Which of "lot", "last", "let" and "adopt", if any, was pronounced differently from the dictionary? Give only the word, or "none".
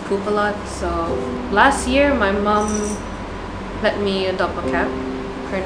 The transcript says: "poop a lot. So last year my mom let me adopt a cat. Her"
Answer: adopt